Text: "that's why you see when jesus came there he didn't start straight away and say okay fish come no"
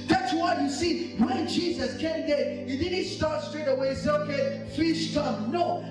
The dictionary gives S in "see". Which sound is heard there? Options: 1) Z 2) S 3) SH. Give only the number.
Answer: 2